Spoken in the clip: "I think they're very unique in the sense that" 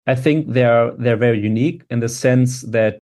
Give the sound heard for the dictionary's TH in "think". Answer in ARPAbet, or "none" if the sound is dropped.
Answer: TH